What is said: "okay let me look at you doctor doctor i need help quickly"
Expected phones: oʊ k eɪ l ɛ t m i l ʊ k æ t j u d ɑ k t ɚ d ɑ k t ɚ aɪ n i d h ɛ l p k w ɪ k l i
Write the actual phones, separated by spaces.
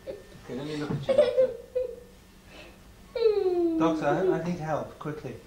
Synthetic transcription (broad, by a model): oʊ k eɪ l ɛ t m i l ʊ k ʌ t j d ɑ k t ɚ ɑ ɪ aɪ n i d h ɛ l p k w ɪ k l i